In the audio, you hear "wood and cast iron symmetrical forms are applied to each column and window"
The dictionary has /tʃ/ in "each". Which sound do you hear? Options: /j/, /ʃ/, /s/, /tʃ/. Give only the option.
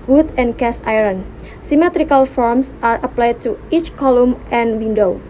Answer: /tʃ/